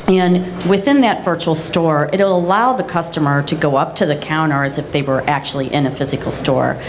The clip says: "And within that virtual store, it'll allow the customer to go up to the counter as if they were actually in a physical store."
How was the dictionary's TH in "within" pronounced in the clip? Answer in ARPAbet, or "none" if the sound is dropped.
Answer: TH